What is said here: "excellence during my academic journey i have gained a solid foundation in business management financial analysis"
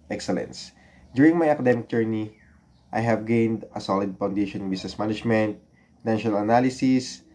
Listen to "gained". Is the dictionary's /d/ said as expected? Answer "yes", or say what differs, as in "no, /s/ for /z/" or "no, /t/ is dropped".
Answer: yes